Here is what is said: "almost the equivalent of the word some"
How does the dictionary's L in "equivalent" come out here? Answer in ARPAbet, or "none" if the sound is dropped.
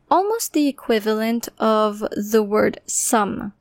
L